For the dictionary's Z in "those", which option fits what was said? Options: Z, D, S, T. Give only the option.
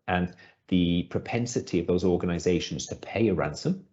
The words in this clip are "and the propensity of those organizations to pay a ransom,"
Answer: Z